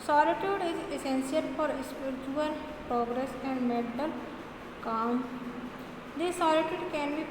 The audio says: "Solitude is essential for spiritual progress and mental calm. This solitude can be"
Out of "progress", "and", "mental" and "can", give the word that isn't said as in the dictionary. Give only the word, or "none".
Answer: mental